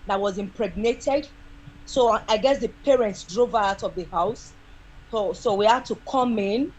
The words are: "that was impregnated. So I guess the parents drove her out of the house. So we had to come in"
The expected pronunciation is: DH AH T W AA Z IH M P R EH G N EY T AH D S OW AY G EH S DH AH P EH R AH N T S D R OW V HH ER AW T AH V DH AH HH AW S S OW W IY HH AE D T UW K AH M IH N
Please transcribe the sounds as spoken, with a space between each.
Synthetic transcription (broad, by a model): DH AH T W AA Z IH M P R EH G N EY T AH D S OW AY G EH S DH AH P EH R AH N T S D R OW V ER AW T AH V DH AH HH AW S S OW W IY HH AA D T UW K AH M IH N